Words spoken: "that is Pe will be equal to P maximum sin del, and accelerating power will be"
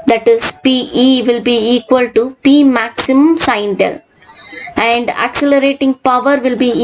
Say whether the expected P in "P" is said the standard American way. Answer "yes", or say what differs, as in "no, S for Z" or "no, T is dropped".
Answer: yes